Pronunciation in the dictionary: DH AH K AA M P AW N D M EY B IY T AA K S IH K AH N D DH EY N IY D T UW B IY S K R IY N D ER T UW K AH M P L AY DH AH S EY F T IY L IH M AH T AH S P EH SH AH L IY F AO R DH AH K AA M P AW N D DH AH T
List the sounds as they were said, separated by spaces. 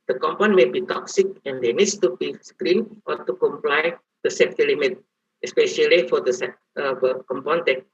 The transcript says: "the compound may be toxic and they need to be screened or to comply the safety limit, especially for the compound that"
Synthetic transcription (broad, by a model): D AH K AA M P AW N M EY B IY T AA K S IH K AH N D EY N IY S T UW B IY S K R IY N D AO T UW K AH M P L AY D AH S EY T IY L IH M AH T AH S P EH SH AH L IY F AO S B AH K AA M P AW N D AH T